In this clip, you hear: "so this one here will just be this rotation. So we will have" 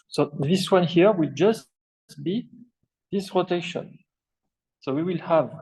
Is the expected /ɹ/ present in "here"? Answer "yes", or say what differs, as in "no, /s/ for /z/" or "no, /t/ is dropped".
yes